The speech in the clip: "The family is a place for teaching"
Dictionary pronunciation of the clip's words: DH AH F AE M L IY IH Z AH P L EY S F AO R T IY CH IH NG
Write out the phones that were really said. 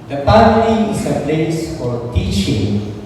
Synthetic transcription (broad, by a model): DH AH P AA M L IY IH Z AH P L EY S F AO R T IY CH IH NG